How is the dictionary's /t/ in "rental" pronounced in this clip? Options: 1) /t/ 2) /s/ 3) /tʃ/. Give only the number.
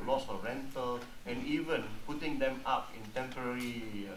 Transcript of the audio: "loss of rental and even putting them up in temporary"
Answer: 1